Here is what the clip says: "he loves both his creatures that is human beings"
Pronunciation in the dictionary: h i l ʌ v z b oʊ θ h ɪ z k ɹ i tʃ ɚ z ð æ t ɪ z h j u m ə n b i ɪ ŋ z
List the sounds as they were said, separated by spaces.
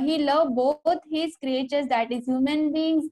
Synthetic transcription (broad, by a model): h i l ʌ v b oʊ t h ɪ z k ɹ i tʃ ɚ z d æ t ɪ z h j u m ə n b i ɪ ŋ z